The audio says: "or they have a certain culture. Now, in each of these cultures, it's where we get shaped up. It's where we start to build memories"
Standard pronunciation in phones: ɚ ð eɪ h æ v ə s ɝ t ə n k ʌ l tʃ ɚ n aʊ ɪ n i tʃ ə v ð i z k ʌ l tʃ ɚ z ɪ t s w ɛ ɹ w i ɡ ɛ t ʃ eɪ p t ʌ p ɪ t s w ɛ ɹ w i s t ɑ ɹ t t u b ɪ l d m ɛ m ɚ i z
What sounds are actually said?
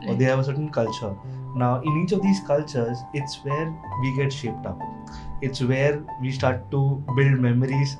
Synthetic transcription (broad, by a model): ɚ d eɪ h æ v ə s ɝ t ə n k ʌ l tʃ ɚ n aʊ ɪ n i tʃ ə v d i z k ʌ l tʃ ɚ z ɪ t s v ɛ ɹ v i ɡ ɛ t ʃ eɪ p t ʌ p ɪ t s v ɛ ɹ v i s t ɑ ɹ t t u b ɪ l d m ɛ m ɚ i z